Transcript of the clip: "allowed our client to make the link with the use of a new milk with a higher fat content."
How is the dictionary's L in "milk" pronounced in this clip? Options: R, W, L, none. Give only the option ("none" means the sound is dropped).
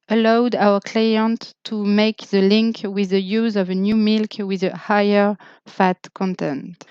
L